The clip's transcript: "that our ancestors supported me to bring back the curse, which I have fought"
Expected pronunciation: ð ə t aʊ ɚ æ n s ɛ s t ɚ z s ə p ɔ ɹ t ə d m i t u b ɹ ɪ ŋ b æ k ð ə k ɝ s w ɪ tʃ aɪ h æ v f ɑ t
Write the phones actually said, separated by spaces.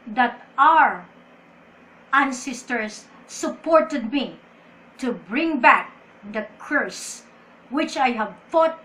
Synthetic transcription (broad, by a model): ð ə t aʊ ɚ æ n s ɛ s t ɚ s ə p ɔ ɹ t ə d m i t u b ɹ ɪ ŋ b æ k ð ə k ɝ s w ɪ tʃ aɪ h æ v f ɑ t